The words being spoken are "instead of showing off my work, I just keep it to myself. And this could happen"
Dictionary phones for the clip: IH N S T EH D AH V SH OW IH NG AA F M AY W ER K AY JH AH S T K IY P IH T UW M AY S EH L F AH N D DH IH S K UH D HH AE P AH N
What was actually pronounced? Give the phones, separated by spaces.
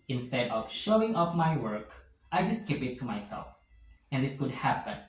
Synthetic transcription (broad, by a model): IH N S T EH D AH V SH OW IH NG AA F M AY W ER K AY JH AH S T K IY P IH T UW M AY S EH L F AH N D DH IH S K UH D HH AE P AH N